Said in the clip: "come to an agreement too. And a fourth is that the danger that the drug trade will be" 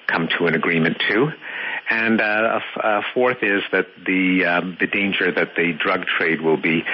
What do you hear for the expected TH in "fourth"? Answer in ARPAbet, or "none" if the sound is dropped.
TH